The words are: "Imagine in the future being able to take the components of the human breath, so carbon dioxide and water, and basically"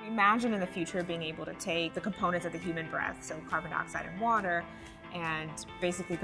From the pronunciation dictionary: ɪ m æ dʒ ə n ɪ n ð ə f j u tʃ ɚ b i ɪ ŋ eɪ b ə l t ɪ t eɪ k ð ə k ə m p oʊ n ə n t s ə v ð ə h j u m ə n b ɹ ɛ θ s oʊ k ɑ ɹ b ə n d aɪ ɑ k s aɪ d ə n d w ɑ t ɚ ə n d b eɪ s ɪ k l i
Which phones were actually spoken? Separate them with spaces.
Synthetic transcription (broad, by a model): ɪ m æ dʒ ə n ɪ n ð ə f j u tʃ ɚ b i ɪ ŋ eɪ b l t ɪ t eɪ k ð ə k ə m p oʊ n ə n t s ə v ð ə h j u m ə n b ɹ ɛ θ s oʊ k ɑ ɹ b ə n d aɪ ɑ k s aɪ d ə n w ɑ t ɚ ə n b eɪ s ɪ k l i